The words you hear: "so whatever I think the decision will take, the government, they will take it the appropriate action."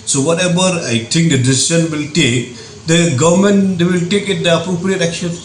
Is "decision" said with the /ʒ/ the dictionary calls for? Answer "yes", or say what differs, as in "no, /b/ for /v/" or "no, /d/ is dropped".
no, /ʃ/ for /ʒ/